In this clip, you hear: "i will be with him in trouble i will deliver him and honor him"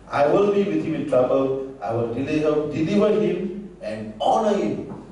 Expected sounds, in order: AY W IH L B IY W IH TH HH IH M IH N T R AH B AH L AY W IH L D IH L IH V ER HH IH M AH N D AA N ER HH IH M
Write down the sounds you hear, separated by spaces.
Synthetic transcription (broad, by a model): AY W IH L B IY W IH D HH IH M IH N T R AH B AH L AY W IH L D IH L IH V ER HH IH M AH N D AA N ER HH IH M